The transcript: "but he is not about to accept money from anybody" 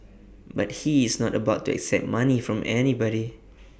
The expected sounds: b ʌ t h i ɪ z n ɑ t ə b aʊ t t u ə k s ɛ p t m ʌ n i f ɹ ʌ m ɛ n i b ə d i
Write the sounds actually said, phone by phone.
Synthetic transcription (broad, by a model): b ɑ t h i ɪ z n ɑ t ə b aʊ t t u ə k s ɛ p t m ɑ n i f ɹ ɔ m ɛ n i b ə d i